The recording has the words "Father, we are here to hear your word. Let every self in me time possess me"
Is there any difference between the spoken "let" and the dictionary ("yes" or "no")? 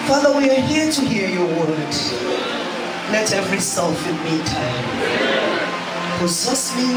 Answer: yes